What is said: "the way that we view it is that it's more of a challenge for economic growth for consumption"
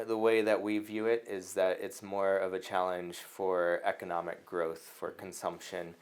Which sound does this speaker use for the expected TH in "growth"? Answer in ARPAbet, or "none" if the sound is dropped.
TH